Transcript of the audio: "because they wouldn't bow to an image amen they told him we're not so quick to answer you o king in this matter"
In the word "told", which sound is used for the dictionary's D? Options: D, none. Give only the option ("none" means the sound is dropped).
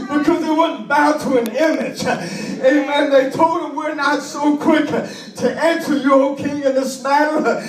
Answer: D